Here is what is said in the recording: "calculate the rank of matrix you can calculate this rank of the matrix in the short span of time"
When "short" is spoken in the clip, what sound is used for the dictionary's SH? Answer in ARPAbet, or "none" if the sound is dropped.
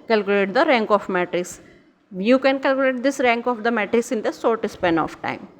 S